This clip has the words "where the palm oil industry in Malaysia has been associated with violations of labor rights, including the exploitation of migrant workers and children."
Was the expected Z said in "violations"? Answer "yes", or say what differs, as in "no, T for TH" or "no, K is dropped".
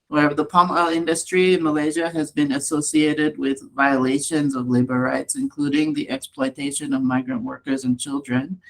yes